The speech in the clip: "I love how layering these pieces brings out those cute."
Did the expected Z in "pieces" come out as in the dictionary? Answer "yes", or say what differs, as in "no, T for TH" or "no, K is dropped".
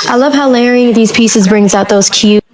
yes